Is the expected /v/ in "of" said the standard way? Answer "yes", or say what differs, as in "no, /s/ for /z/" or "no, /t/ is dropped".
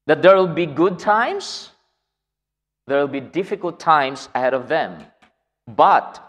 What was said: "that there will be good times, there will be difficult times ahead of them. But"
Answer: yes